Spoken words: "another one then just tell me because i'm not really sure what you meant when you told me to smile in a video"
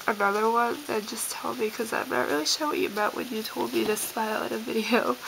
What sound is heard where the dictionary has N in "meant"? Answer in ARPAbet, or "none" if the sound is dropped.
none